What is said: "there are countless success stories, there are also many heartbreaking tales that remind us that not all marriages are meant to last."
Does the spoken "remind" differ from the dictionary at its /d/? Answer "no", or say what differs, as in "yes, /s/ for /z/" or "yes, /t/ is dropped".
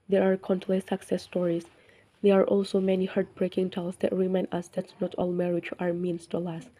yes, /d/ is dropped